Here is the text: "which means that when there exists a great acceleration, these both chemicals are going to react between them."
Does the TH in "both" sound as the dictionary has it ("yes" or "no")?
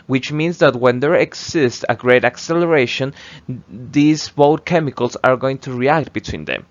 no